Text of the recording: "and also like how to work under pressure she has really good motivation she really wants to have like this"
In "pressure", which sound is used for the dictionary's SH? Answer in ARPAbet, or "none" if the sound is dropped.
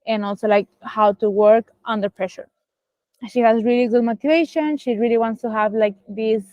SH